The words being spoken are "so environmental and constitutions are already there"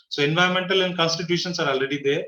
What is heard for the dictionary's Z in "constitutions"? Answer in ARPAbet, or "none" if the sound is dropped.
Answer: S